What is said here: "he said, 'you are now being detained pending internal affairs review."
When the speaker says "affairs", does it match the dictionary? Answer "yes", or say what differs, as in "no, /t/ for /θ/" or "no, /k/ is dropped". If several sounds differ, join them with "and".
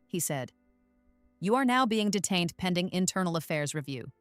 yes